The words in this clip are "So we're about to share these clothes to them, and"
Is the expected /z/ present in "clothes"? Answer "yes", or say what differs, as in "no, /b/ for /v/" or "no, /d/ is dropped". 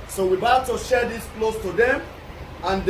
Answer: no, /s/ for /z/